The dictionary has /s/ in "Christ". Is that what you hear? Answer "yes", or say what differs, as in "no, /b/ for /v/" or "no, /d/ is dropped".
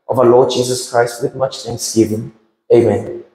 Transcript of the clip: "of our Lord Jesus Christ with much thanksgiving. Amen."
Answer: yes